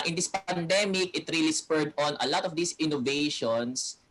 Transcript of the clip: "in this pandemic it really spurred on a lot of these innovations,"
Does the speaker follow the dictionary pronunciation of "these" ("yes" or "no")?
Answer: no